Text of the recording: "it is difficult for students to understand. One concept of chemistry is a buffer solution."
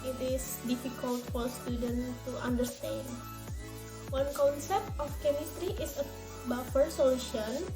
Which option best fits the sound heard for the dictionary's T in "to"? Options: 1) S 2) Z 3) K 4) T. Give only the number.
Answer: 4